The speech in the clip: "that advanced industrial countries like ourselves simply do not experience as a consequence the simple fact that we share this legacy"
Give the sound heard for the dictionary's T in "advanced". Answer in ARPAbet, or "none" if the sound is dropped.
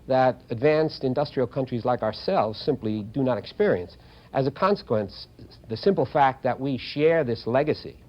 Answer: T